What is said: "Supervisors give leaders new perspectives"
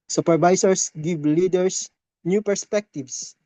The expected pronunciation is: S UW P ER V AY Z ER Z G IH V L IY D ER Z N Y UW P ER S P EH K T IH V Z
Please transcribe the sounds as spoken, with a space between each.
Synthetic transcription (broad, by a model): S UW P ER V AY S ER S G IH V L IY D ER S N Y UW P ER S P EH K T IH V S